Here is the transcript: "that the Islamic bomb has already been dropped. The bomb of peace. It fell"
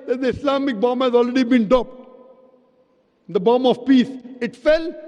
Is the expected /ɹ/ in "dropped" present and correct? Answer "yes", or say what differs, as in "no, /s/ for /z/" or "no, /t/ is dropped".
no, /ɹ/ is dropped